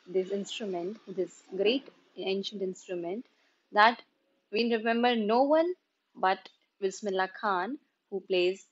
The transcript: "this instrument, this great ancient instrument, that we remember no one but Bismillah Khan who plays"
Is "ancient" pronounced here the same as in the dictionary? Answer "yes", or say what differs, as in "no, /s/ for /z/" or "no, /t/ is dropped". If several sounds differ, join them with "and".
yes